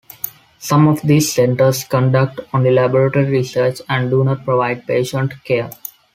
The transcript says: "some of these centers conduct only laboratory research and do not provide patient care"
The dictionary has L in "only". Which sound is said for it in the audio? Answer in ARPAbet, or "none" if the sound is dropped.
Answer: none